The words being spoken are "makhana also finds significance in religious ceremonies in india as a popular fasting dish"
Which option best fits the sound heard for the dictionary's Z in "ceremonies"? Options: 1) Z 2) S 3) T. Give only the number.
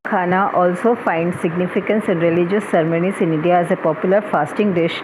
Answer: 2